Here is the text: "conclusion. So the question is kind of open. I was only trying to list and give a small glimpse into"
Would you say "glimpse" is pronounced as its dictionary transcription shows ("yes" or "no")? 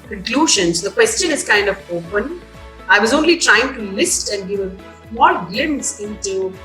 no